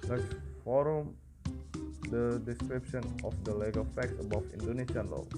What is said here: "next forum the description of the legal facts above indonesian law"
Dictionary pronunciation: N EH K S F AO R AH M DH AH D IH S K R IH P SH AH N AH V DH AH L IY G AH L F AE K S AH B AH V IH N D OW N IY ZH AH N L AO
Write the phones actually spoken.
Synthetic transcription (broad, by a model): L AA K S F AO R AH M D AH D IH S K R IH P SH AH N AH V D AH L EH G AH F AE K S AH B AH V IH N D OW N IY S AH N L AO